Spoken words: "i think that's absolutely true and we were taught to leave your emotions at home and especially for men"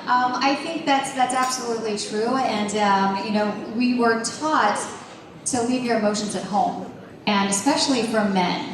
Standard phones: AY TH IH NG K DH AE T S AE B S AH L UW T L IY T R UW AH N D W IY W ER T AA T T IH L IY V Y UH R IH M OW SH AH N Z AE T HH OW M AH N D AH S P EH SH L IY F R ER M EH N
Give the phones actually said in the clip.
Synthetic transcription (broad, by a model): AY TH IH NG K DH AE T S AE B S AH L UW T L IY T R UW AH N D W IY W ER T AA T T IH L IY V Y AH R IH M OW SH AH N Z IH T HH OW M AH N AH S P EH SH L IY F R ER M EH N